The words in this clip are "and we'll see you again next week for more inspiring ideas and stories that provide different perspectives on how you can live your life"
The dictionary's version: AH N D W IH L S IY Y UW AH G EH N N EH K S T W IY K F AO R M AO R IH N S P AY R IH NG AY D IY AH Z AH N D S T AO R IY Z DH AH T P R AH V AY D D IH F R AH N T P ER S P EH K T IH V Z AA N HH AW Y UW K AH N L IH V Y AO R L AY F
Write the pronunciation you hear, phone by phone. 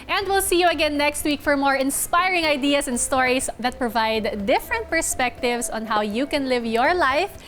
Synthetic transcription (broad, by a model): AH N D W IH L S IY Y UW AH G EH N N EH K S T W IY K F AO R M AO R IH N S P AY R IH NG AY D IY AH S AH N D S T AO R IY S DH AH T P R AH V AY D D IH F R AH N T P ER S P EH K T IH V S AA N HH AW Y UW K AH N L IH V Y AO R L AY F